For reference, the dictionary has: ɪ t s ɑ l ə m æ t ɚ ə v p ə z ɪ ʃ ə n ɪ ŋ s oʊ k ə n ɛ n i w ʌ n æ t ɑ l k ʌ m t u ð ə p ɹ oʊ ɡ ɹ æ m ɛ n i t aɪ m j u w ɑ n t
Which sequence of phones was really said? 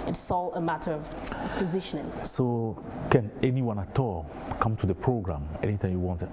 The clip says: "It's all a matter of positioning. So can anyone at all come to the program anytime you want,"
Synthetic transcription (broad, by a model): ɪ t s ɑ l ə m æ t ɚ ə v p ə z ɪ ʃ ə n ɪ ŋ s oʊ k ə n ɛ n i w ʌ n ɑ t ɑ l k ʌ m t u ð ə p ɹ oʊ ɡ ɹ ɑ m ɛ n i t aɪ m j u w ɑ n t